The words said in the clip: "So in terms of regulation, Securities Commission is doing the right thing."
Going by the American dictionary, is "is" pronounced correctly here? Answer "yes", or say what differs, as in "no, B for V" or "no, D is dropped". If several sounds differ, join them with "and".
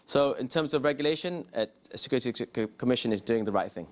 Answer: yes